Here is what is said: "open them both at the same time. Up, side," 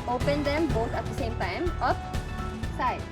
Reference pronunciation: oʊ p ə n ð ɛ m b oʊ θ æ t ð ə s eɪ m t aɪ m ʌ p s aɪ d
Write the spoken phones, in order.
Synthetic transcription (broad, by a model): oʊ p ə n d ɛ m b oʊ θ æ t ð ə s eɪ m t aɪ m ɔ f s aɪ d